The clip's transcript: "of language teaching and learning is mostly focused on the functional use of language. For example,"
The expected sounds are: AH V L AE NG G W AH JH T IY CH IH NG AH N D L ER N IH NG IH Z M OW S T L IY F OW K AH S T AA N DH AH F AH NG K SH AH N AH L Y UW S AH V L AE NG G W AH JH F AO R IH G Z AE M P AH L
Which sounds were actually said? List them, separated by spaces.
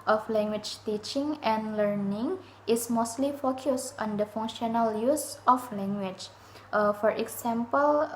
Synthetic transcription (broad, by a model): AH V L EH NG G W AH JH T IY CH IH NG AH N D L ER N IH NG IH S M OW S T L IY F OW K AH S T AA N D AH F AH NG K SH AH N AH L Y UW S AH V L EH NG G W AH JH F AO R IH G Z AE M P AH L